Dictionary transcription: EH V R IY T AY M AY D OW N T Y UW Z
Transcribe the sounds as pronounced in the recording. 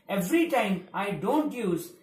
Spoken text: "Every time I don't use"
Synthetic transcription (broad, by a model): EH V R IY T AY M AY D OW N T Y UW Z